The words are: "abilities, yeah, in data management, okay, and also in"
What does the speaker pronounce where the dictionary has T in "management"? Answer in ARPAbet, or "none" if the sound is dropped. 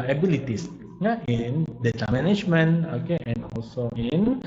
none